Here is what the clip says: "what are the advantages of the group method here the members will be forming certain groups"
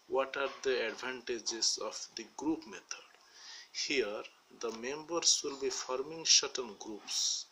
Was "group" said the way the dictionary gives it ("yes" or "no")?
yes